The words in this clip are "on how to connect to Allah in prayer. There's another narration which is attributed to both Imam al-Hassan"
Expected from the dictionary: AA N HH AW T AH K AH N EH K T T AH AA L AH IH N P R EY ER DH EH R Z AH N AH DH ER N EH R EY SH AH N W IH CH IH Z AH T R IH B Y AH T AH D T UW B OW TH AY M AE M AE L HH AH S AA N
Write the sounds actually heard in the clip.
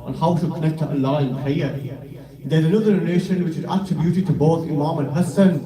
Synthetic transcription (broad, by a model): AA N HH AW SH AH K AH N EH K T T AH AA L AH IH N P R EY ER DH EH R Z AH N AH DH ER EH L EY SH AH N W IH CH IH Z AH T R IH B Y AH T AH D T UW B OW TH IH M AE M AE N HH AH S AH N